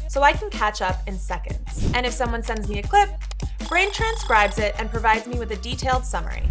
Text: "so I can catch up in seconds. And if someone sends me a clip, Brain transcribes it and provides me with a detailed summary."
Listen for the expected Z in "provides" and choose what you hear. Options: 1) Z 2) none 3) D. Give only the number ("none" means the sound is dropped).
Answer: 1